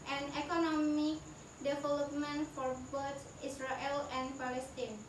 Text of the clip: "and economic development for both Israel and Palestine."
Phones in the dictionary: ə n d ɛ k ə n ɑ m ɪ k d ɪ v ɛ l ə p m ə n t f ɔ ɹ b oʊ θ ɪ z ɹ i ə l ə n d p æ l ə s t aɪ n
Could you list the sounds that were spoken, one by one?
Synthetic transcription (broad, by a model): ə n ɛ k ə n ɑ m ɪ k d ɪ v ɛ l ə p m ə n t f ɔ ɹ b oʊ t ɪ s ɹ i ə l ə n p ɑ l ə s t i n